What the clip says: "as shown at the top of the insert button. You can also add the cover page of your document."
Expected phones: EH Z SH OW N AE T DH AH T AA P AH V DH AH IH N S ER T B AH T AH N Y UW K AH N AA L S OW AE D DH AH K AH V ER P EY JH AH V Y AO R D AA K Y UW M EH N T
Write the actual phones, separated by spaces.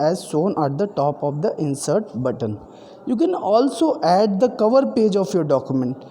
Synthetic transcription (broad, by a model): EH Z S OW N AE T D AH T AA P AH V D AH IH N S ER T B AH T AH N Y UW K AH N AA L S OW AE D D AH K AH V ER P EY JH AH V Y AO R D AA K Y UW M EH N T